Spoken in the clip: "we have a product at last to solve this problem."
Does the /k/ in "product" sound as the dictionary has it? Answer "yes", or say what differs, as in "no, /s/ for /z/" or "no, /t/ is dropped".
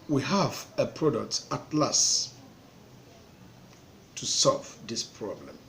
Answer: yes